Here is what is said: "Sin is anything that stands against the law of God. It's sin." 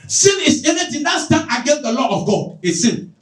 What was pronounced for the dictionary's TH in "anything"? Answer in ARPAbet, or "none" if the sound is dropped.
T